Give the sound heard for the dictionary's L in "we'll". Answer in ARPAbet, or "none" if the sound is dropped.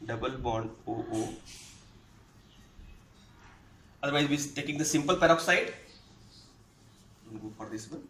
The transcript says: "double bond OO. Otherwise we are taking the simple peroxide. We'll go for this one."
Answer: N